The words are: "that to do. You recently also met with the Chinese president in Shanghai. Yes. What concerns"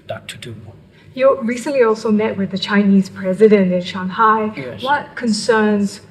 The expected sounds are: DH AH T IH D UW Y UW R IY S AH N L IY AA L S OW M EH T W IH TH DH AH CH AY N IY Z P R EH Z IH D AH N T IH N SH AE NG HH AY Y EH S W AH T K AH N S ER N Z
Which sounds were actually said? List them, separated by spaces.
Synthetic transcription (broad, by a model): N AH T IH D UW Y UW R IY S AH N L IY AA L S OW M EH T W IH DH AH CH AY N IY Z P R EH Z IH D AH N T IH N SH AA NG HH AY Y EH W AH T K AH N S ER N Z